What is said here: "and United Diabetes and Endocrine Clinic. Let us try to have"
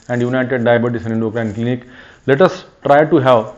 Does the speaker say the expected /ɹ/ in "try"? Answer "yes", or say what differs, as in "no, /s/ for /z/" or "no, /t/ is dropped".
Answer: yes